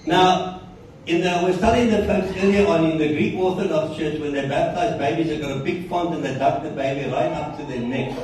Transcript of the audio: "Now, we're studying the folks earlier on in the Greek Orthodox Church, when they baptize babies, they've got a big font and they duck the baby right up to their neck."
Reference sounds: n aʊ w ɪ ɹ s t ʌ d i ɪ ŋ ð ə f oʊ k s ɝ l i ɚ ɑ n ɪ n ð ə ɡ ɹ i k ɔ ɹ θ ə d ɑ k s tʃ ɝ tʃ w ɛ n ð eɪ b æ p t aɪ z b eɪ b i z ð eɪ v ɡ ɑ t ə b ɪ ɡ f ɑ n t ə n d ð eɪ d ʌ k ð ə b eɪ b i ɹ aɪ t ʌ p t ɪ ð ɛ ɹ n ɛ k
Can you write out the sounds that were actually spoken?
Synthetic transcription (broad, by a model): n aʊ w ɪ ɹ s t ʌ d i ɪ ŋ ð ə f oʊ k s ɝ l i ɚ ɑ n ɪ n ð ə ɡ ɹ i k ɔ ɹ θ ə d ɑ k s tʃ ɝ tʃ w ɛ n ð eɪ b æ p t aɪ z b eɪ b i z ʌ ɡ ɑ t ə b ɪ ɡ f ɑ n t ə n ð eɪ d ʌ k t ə b eɪ b i ɹ aɪ t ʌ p t ɪ ð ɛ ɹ n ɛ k